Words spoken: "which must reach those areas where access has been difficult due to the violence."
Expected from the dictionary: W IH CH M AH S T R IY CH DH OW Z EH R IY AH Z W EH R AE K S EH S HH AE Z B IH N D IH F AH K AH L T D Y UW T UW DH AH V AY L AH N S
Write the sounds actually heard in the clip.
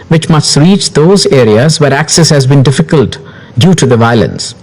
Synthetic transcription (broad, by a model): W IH CH M AH S T R IY CH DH OW Z EH R IY AH Z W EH R AE K S EH S HH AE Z B IH N D IH F AH K AH L T D Y UW T UW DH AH V AY L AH N S